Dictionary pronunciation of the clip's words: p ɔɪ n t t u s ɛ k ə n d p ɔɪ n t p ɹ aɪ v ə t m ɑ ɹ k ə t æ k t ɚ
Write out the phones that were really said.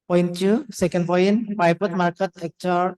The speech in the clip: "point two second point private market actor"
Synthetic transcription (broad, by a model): p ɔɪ n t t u s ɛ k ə n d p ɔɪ n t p aɪ p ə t m ɑ ɹ k ə t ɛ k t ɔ